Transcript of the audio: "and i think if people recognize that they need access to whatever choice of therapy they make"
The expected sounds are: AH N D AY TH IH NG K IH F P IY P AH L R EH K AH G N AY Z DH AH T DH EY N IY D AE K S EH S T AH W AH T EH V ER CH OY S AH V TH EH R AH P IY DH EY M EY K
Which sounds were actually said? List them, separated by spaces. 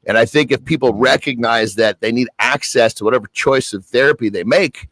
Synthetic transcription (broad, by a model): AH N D AY TH IH NG K IH F P IY P L R EH K AH G N AY Z DH AH T DH EY N IY D AE K S EH S T AH W AH T EH V ER CH OY S AH V TH EH R AH P IY DH EY M EY K